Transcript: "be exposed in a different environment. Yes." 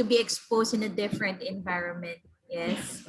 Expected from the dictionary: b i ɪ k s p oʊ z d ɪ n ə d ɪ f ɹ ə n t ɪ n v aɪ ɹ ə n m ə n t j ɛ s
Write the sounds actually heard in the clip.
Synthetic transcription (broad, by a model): b i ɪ k s p oʊ s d ɪ n ə d ɪ f ɹ ə n t ɪ n v aɪ ɹ ə n m ə n t j ɛ s